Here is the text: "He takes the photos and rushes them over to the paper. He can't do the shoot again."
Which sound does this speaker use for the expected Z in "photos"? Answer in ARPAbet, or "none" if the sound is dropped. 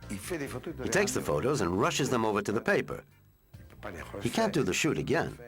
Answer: Z